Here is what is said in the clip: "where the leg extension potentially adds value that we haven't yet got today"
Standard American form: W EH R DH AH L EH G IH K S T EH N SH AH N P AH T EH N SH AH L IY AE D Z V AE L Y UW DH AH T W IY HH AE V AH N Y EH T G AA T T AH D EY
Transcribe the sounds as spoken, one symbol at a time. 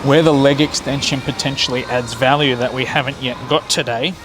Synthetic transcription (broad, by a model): W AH R DH AH L EH G IH K S T EH N SH AH N P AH T EH N SH L IY AE D Z V AE L Y UW DH AH T W IY HH AE V AH N Y EH T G AA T T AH D EY